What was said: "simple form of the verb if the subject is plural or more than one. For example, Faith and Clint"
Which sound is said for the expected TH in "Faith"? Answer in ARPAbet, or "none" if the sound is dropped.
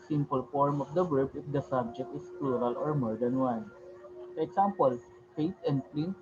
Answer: T